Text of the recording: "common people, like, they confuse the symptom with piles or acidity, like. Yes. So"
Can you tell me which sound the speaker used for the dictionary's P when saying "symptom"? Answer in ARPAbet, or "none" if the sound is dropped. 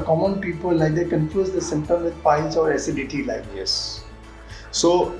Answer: none